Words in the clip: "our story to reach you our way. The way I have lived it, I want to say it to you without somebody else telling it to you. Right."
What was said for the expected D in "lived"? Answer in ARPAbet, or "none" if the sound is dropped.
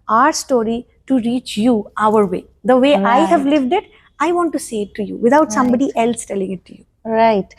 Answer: D